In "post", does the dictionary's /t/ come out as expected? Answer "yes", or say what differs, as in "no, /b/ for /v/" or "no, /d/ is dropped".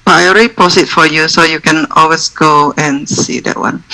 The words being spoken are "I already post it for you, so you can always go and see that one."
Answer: no, /t/ is dropped